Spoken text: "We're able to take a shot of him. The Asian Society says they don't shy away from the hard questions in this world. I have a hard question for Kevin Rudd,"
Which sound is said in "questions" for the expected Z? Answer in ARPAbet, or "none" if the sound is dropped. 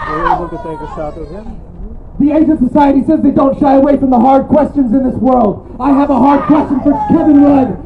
Z